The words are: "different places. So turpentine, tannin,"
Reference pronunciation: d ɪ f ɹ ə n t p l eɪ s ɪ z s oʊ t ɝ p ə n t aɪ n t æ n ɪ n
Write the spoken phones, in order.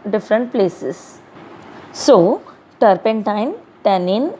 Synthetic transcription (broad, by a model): d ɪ f ɹ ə n t p l eɪ s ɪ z s oʊ t ɝ p ə n t aɪ n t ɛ n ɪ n